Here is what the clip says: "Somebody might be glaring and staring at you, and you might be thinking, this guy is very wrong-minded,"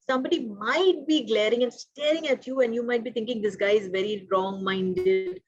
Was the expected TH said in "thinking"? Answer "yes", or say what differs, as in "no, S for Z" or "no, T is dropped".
no, T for TH